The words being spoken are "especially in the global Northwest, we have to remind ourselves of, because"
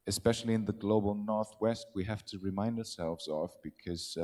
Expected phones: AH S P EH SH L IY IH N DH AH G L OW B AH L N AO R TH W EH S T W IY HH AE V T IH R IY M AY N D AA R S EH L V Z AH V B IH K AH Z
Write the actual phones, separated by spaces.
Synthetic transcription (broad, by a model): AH S P EH SH L IY IH N DH AH G L OW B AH L N AO R TH W EH S T W IY HH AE F T IH R IY M AY N D AA R S EH L V Z AH V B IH K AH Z